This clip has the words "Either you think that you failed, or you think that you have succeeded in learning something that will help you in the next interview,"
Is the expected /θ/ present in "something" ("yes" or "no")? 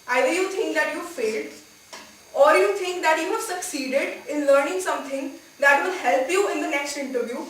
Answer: no